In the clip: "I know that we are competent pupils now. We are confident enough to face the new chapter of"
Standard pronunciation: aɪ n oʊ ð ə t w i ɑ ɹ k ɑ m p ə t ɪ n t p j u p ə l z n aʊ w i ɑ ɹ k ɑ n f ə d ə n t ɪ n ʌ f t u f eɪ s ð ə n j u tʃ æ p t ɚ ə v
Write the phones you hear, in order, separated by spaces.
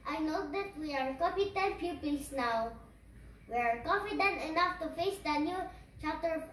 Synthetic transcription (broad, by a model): aɪ n oʊ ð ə t w i ɑ ɹ k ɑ p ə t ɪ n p j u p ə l s n aʊ w i ɑ ɹ k ɑ n f ə d ə n t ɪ n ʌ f t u f eɪ s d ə n j u tʃ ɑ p t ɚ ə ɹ